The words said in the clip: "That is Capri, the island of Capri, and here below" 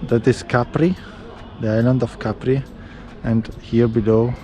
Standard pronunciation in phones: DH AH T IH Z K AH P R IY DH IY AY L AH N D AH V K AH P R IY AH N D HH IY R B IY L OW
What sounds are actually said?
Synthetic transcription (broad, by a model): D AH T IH S K AH P R IY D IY AY L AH N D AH F K AH P R IY AH N D HH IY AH B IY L OW